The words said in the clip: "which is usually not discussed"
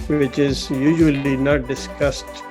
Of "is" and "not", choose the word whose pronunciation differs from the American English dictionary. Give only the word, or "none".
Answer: none